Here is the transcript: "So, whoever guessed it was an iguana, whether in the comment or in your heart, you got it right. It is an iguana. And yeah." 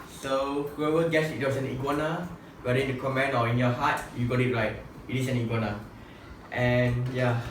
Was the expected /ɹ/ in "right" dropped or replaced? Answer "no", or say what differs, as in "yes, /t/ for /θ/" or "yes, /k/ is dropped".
yes, /l/ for /ɹ/